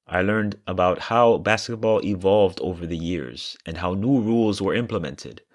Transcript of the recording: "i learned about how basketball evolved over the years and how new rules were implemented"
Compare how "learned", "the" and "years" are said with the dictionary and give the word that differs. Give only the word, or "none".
none